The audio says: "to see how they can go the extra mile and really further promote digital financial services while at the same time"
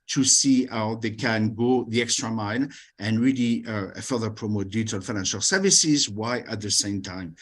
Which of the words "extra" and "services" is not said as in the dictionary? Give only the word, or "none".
none